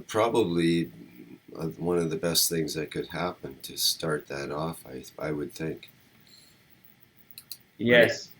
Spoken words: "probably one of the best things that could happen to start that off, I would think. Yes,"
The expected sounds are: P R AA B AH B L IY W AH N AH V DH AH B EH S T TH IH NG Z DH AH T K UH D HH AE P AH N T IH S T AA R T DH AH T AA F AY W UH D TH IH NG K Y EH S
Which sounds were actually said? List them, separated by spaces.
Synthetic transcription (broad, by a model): P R AA B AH B L IY W AH N AH V DH AH B EH S T TH IH NG Z DH AH T K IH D HH AE P AH N T IH S T AA R T DH AH T AA F AY W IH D TH IH NG K Y EH S